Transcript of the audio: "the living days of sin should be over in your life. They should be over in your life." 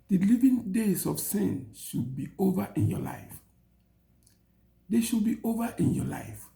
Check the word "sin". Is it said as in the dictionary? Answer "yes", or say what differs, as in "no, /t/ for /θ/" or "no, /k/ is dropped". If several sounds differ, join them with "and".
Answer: yes